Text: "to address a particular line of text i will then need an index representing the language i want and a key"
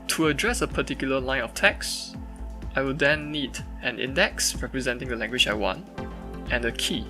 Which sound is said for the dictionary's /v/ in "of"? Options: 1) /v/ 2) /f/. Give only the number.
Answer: 2